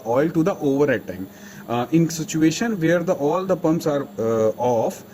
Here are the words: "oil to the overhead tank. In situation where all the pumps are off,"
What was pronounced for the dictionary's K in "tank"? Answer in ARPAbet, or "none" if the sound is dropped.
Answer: none